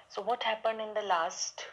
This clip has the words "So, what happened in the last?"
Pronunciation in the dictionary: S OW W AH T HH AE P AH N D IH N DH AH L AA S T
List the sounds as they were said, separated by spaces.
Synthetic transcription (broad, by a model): S OW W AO T HH AE P AH N D IH N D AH L AA S T